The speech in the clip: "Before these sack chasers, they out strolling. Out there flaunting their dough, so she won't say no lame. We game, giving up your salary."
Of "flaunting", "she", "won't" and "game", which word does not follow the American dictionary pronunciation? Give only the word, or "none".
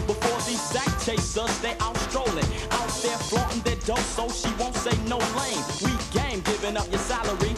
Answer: flaunting